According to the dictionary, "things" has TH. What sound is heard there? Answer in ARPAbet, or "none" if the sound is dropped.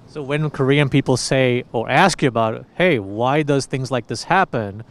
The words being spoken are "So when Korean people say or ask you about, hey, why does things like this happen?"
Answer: TH